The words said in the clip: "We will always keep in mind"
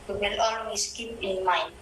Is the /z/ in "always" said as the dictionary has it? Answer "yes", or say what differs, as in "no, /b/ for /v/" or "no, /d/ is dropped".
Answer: no, /s/ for /z/